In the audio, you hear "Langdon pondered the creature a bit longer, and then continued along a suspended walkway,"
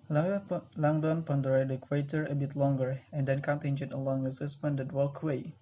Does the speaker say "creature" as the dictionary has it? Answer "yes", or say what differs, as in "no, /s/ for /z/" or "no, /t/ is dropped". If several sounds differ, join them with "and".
no, /w/ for /ɹ/